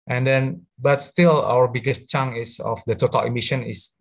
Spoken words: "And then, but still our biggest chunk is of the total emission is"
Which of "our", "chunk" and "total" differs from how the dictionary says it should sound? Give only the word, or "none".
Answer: chunk